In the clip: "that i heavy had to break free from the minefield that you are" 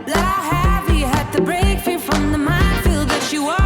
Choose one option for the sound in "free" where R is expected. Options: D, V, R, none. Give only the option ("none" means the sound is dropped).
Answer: none